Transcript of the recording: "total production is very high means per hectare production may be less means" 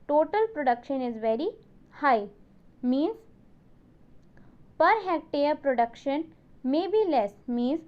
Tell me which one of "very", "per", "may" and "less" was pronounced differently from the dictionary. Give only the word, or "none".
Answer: none